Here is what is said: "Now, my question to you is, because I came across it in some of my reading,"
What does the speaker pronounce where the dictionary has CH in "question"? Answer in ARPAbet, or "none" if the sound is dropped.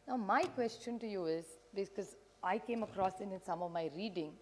CH